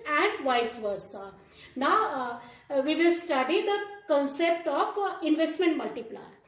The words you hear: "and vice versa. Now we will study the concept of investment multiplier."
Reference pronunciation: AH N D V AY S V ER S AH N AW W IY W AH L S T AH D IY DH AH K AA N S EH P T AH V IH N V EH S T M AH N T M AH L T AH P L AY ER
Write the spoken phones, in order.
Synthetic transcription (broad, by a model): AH N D V AY S V ER S AH N AW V IY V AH L S T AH D IY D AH K AA N S EH P T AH F IH N V EH S T M AH N T M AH L T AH P L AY